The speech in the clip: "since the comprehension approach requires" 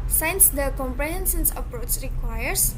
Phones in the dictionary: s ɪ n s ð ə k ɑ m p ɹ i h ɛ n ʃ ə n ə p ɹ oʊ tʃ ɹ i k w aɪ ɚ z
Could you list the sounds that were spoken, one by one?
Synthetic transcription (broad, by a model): s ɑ n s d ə k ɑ m p ɹ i h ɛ n s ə n ə p ɹ oʊ tʃ ɹ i k w aɪ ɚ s